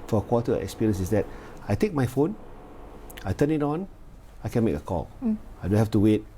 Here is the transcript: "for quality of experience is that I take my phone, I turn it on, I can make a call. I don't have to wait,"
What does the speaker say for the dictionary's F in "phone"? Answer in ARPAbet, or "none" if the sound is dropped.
F